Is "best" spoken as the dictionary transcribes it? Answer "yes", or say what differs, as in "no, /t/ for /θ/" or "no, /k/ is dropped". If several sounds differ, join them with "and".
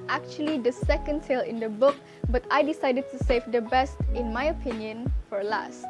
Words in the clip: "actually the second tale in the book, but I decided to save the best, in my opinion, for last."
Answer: yes